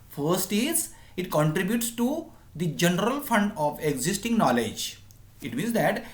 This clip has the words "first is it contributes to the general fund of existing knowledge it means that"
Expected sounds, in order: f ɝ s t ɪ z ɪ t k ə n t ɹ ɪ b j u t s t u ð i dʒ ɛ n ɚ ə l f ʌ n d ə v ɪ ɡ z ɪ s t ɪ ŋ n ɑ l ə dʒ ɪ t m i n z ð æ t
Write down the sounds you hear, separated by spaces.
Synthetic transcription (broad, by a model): f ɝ s t ɪ z ɪ t k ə n t ɹ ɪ b j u t s t u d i dʒ ɛ n ɚ ə l f ʌ n d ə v ɪ ɡ z ɪ s t ɪ ŋ n ɑ l ə dʒ ɪ t m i n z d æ t